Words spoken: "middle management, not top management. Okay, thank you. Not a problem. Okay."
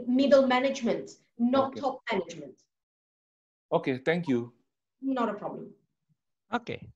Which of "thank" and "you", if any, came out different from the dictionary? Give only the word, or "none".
thank